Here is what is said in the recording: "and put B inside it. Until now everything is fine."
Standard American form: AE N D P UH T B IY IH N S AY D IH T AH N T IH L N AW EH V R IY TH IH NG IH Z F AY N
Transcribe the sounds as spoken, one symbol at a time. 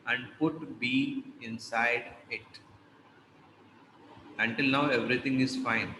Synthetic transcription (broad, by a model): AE N D P UH T B IY IH N S AY D IH T AH N T IH L N AW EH V R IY T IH NG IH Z F AY N